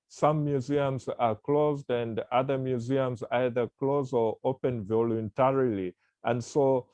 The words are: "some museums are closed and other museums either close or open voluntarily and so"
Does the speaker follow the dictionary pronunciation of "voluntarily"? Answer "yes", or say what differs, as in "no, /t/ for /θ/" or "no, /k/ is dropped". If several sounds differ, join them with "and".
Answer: yes